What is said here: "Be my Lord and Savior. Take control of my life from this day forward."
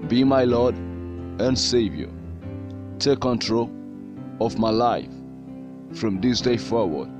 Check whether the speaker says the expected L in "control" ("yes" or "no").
yes